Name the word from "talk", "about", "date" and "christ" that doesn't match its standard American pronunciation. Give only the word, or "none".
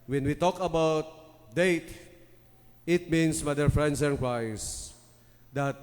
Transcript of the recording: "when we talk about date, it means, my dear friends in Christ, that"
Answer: christ